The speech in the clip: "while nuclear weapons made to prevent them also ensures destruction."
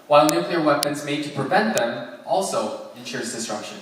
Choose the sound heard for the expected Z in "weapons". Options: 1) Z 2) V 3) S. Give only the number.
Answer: 1